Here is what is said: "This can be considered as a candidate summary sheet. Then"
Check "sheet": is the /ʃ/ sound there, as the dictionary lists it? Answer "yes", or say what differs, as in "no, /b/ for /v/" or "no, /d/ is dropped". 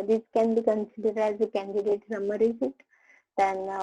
no, /s/ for /ʃ/